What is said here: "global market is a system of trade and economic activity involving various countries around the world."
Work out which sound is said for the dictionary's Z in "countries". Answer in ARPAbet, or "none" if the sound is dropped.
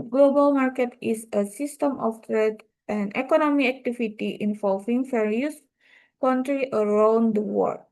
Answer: none